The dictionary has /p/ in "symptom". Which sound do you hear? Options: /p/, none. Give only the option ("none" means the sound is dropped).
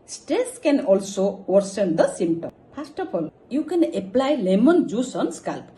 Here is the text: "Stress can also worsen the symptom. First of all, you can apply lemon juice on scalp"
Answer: none